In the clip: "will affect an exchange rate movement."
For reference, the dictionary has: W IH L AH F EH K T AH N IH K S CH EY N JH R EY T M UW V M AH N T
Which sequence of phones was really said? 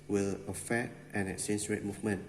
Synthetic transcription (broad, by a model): W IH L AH F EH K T AH N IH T S EY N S R EY T M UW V M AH N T